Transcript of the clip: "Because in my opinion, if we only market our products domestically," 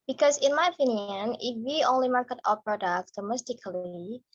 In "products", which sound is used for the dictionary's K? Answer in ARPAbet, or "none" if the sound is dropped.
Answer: K